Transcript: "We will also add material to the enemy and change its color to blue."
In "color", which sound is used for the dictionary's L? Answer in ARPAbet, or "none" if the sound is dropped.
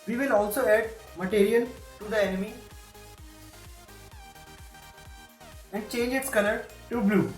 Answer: N